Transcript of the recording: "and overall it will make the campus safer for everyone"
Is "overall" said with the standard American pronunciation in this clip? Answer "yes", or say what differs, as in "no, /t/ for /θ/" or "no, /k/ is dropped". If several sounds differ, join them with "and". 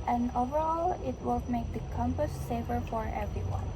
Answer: yes